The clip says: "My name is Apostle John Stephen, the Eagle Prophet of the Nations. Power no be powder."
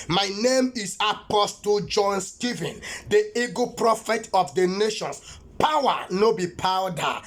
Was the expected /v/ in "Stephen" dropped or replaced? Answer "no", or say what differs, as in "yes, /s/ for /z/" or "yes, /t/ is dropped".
no